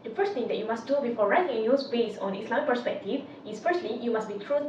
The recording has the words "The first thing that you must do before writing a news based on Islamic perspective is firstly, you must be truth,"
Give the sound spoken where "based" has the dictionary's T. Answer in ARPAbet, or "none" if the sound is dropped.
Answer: none